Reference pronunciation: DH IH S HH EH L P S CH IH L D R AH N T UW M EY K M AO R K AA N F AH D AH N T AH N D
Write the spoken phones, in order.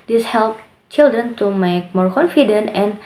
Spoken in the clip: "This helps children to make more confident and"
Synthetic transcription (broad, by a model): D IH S HH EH L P CH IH L D R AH N T UW M EY K M AO R K AA N F AH D AH N T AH N